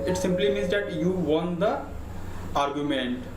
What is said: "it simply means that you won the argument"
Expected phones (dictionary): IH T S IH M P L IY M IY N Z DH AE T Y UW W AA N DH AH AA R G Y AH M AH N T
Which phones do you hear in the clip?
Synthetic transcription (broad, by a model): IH T S IH M P L IY M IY N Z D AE T Y UW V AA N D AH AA R G Y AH M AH N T